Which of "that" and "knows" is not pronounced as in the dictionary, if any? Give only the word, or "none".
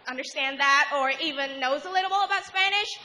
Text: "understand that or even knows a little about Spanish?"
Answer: none